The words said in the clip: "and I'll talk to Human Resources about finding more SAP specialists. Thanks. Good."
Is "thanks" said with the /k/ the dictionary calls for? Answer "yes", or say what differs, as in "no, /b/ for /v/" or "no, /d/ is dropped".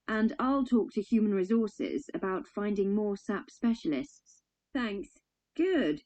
yes